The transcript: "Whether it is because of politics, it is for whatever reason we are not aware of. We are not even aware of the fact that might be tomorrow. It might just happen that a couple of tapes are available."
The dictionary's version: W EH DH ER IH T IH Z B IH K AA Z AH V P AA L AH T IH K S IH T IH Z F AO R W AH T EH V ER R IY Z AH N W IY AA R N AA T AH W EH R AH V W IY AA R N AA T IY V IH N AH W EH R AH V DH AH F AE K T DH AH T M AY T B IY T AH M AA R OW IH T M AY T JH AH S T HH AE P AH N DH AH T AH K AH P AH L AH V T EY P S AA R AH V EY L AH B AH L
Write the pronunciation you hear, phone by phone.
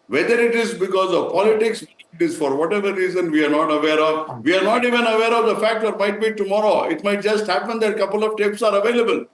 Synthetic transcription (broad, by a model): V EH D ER IH T IH Z B IH K AA Z AH V P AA L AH T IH K S IH T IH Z F AO R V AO T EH V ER R IY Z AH N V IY AA R N AA T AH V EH R AH V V IY AA R N AA T IY V IH N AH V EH R AH V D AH F AE K T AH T M AY T B IY T AH M AA R OW IH T M AY T JH AH S T HH AE P AH N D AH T K AH P AH L AH V T EY P S AA R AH V EY L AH B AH L